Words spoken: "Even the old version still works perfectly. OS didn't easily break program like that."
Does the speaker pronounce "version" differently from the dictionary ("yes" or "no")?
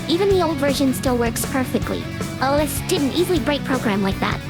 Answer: no